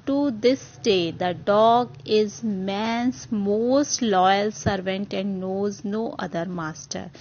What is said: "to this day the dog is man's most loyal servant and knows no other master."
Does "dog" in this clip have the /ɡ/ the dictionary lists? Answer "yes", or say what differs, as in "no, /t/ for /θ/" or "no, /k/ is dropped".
yes